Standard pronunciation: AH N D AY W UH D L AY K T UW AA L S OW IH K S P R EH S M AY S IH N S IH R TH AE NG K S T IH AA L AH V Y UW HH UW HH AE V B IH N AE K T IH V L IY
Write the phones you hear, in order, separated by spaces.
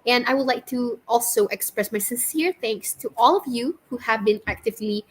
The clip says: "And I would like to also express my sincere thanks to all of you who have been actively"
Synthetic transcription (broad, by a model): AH N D AY W UH D L AY K T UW AA L S OW IH K S P R EH S M AY S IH N S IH R TH AE NG K S T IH AA L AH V Y UW HH UW HH AE V B IH N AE K T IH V L IY